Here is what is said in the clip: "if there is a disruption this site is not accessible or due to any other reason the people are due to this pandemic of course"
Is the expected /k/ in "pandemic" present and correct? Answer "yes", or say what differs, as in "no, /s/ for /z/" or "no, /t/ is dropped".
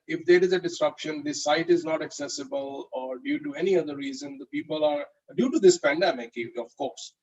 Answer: yes